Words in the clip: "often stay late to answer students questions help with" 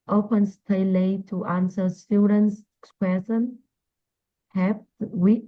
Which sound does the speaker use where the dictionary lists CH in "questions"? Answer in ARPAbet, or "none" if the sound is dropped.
none